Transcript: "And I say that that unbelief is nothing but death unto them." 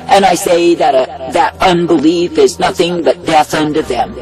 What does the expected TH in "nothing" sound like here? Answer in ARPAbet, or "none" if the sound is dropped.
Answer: TH